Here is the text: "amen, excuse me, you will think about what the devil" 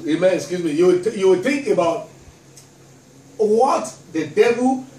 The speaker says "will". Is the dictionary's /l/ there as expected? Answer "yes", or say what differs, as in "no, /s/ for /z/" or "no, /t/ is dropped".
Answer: no, /w/ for /l/